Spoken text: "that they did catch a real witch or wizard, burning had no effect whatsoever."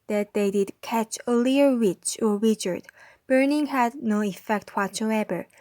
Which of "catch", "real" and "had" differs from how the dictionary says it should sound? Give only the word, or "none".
real